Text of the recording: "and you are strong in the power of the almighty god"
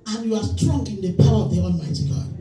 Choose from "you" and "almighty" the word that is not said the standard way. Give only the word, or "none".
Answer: almighty